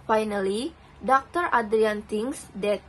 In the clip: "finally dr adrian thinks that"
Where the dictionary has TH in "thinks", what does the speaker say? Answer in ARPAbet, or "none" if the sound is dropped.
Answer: T